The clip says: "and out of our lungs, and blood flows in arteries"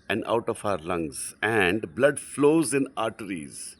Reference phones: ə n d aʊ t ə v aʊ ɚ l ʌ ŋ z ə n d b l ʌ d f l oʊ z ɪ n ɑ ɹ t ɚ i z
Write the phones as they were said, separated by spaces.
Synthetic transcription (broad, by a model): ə n d aʊ t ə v aʊ ɚ l ʌ ŋ z ə n d b l ʌ d f l oʊ z ɪ n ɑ ɹ t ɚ i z